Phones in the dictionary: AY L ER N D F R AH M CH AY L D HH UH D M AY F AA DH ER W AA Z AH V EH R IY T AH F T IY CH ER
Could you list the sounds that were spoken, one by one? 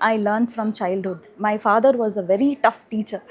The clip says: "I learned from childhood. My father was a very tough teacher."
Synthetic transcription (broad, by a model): AY L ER N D F R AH M CH AY L D HH UH D M AY F AA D ER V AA Z AH V EH R IY T AH F T IY CH ER